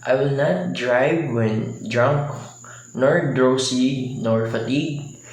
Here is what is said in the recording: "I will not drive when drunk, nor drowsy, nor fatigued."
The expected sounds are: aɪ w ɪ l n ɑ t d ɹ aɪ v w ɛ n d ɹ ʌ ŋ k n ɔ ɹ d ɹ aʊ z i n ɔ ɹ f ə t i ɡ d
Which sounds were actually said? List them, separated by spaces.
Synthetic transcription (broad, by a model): aɪ w ɪ l n ɑ t d ɹ aɪ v w ɛ n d ɹ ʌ ŋ k n ɔ ɹ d ɹ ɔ s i n ɔ ɹ f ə t i ɡ